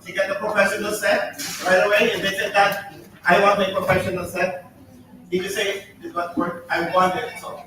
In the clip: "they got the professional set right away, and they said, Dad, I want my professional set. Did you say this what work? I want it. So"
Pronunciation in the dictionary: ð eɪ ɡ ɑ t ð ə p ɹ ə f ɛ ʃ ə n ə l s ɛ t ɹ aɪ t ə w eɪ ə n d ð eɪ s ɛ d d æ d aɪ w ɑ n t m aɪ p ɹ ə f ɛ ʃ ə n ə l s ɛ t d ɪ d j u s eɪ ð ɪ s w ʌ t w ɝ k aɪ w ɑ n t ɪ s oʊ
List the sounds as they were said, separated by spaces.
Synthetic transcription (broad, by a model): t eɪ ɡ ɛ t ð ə p ɹ ə f ɛ ʃ ə n ə l s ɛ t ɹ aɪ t ə w eɪ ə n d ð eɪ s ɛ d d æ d aɪ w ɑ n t m aɪ p ɹ ə f ɛ ʃ ə n ə l s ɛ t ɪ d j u s eɪ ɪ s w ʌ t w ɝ aɪ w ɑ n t ɪ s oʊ